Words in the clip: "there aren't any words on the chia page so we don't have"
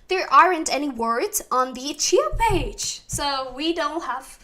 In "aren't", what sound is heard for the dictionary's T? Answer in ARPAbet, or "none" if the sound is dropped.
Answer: T